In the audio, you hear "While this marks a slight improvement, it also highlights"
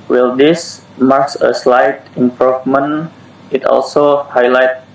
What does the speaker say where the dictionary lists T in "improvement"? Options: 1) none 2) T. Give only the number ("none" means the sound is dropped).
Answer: 1